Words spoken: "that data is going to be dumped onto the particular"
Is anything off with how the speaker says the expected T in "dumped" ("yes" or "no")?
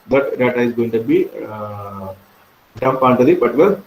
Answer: yes